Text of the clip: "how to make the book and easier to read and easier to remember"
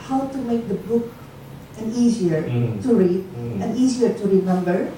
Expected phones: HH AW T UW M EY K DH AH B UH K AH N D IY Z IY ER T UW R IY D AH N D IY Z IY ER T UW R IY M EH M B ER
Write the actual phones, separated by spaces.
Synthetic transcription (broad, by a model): HH AW T UW M EY K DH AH B UH K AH N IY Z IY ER T UW R IY D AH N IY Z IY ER T UW R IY M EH M B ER